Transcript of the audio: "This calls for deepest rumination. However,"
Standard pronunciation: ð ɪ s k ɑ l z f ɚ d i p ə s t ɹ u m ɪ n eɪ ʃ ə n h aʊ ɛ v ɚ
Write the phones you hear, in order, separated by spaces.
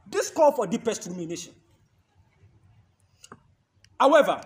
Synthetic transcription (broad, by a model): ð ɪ s k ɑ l f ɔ d i p ə s t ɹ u m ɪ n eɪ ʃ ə n h aʊ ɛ v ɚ